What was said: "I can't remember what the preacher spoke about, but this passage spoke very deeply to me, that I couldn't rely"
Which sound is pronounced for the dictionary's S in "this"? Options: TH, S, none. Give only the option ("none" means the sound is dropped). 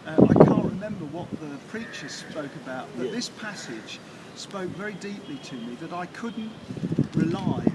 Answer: S